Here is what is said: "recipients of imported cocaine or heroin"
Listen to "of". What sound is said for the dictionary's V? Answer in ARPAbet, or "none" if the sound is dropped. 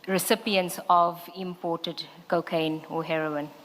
V